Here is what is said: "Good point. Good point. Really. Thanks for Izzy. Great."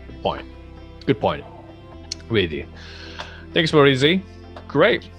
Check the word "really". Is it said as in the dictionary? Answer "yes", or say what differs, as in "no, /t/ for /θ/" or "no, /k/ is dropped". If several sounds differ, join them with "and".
no, /w/ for /ɹ/